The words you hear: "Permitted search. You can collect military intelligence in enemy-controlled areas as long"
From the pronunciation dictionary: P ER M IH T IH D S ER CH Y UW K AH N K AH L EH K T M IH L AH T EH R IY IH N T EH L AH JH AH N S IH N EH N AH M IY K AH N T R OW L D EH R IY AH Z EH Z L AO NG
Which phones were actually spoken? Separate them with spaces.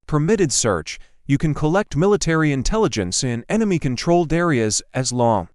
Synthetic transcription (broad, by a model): P ER M IH T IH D S ER CH Y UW K AH N K AH L EH K T M IH L AH T EH R IY IH N T EH L AH JH AH N S IH N EH N AH M IY K AH N T R OW L D EH R IY AH Z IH Z L AO NG